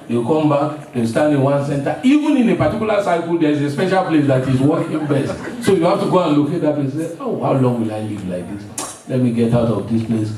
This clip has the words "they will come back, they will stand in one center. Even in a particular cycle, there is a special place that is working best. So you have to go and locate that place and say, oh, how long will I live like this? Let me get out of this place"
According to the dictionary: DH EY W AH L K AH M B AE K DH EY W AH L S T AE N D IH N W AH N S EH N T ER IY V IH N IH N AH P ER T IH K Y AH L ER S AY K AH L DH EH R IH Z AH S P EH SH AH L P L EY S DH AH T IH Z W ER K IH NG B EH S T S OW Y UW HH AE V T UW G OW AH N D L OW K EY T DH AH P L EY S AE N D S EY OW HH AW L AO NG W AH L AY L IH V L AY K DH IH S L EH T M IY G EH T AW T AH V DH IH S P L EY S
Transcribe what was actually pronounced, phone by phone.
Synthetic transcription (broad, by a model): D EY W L K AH M B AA K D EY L S T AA N D IH N W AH N S EH N T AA IY V IH N IH N AH P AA T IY K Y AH L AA S AY K AH L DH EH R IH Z AH S P EH SH AH L P L EY S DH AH T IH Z W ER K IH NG B EH S T S OW Y UW HH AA F T UW G OW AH N L OW K EY T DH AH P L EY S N S EY OW HH AW L AO NG W AH L AY L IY V L AY K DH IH S L EH T M IY G EH T AW T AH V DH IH S P L EY S